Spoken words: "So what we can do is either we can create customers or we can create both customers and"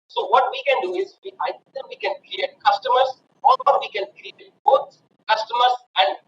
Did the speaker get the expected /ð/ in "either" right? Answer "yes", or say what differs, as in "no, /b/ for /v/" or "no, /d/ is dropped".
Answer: no, /ð/ is dropped